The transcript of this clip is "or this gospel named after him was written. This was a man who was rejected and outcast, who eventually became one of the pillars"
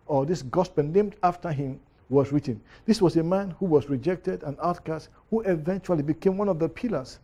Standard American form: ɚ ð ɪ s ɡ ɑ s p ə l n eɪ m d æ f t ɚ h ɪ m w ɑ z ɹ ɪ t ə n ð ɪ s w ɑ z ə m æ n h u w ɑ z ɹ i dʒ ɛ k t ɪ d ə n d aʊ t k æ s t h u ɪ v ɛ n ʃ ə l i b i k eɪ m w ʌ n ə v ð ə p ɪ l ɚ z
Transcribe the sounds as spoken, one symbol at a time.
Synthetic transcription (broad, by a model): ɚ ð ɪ s ɡ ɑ s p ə n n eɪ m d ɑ f t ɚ h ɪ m w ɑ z ɹ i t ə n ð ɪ s w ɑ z ə m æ n h u w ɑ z ɹ i dʒ ɛ k t ɪ d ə n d aʊ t k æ s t h u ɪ v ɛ n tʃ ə l i b i k eɪ m w ʌ n ə v ð ə p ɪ l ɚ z